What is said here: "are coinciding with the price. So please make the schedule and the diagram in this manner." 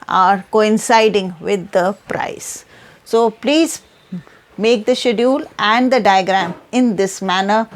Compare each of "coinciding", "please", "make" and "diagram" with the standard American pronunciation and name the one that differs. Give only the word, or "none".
none